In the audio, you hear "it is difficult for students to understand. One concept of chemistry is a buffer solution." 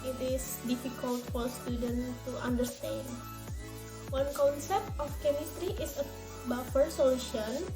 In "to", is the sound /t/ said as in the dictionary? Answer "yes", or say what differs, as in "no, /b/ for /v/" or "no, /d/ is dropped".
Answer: yes